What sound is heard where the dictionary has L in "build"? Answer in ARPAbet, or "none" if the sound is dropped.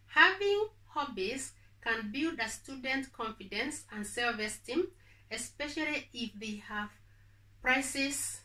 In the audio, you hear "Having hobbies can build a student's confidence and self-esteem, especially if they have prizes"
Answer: L